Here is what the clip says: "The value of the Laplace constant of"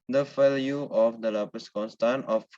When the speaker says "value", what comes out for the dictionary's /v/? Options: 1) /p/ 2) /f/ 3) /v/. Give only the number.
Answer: 2